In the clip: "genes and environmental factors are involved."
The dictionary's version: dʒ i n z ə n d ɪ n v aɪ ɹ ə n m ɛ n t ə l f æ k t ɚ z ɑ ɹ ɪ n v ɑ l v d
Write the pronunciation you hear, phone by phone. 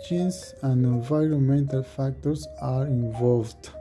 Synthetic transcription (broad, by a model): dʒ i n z ə n d ɪ n v aɪ ɹ ə n m ɛ n t ə l f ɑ k t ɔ s ɑ ɹ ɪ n v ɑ l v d